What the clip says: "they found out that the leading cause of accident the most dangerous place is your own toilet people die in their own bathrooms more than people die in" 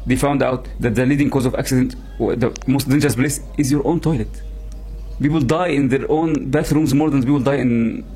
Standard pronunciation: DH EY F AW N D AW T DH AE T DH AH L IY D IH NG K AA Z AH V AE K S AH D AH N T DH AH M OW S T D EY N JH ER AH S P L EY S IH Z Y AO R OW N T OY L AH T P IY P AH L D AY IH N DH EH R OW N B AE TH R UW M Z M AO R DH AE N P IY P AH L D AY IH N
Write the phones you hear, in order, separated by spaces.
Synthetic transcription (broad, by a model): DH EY F AW N D AW T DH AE T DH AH L IY D IH NG K AA Z AH V AE K S AH D AH N T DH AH M OW S T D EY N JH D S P L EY S IH Z Y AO R OW N T OY L AH T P IY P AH L D AY IH N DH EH R OW N B AE TH R UW M Z M AO R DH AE N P IY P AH L D AY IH N